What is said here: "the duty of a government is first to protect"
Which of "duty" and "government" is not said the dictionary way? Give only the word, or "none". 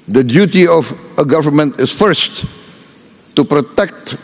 none